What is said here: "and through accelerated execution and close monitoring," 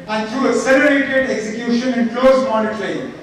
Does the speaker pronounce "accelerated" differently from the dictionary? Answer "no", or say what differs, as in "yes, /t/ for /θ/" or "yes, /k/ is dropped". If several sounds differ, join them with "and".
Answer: yes, /k/ is dropped